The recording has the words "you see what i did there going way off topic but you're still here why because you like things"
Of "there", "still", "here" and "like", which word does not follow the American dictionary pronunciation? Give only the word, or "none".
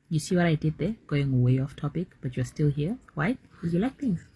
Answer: none